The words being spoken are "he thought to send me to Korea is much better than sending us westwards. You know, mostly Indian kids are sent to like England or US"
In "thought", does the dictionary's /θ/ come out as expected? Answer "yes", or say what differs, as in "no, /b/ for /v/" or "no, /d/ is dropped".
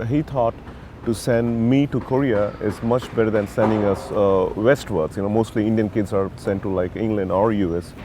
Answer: no, /t/ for /θ/